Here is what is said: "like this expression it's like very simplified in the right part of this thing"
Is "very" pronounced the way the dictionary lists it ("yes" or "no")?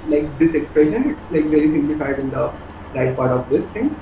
no